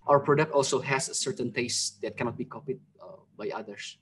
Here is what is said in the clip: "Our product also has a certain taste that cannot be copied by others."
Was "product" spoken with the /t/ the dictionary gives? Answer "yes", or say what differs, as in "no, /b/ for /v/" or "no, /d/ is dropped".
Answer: yes